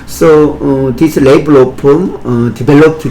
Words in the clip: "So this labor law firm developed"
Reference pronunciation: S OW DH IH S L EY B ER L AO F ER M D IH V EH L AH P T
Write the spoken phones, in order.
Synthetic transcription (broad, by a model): S OW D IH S L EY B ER L AO P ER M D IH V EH L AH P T